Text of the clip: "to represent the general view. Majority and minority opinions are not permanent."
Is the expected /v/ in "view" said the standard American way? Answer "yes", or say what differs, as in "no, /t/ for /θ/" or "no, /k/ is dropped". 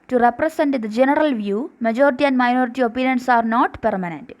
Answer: yes